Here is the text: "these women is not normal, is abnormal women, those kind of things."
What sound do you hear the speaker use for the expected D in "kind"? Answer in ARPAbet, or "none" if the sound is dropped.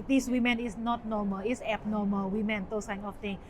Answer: none